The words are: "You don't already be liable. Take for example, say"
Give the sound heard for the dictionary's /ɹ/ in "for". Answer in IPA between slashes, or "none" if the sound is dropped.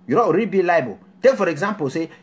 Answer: /ɹ/